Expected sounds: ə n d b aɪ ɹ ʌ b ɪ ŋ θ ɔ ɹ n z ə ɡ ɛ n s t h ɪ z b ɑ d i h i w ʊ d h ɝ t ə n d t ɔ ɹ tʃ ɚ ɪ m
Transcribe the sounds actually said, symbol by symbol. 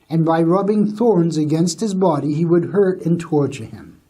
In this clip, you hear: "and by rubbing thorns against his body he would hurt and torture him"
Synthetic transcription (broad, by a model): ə n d b aɪ ɹ ʌ b ɪ ŋ θ ɔ ɹ n z ə ɡ ɛ n s t h ɪ z b ɑ d i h i w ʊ d h ɝ t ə n t ɔ ɹ tʃ ɚ ɪ m